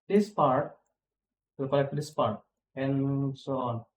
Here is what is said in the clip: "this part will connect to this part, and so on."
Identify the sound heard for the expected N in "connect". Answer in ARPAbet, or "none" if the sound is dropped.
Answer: L